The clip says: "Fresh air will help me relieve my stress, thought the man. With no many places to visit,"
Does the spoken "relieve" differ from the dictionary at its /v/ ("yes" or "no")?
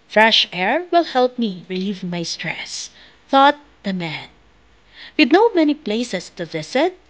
no